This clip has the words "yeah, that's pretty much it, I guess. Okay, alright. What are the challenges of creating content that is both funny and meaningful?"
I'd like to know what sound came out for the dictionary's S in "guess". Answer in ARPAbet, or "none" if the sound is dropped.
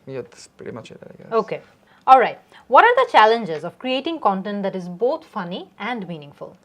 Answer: none